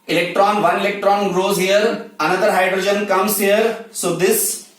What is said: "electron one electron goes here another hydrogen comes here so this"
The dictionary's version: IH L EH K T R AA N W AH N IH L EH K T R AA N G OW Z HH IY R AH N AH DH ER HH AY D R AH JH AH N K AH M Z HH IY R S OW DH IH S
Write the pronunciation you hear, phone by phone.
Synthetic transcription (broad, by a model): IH L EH K T R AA N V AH N IH L EH K T R AA N G OW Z HH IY R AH N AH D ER HH AY D R AH JH AH N K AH M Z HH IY R S OW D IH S